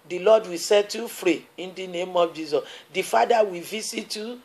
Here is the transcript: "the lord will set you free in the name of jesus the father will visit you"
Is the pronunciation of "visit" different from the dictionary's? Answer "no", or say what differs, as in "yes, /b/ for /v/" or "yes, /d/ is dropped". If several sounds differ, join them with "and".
yes, /s/ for /z/